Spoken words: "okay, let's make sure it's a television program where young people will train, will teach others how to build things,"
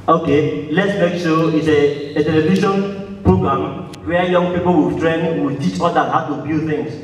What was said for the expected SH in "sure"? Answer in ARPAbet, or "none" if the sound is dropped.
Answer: S